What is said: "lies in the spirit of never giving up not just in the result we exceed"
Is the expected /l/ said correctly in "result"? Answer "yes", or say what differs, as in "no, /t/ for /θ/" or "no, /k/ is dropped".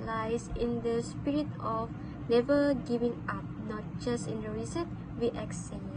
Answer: no, /l/ is dropped